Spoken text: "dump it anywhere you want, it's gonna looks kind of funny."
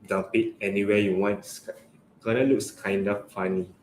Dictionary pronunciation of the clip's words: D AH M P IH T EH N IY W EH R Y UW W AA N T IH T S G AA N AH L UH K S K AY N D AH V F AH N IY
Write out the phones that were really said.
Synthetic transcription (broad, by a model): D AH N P IH T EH N IY W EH Y UW W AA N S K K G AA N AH L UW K S K AY N D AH F F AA N IY